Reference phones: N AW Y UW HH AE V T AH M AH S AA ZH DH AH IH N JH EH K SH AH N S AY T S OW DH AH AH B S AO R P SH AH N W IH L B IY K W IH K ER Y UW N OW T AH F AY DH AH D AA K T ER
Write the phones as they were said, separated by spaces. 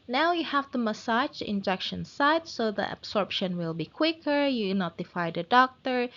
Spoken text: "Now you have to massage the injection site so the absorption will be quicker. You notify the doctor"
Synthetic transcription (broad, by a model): N AW Y UW HH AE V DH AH M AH S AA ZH IH N JH EH K SH AH N S AY T S OW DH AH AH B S AO R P SH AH N W IH L B IY K W IH K ER Y UW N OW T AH F AY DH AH D AA K T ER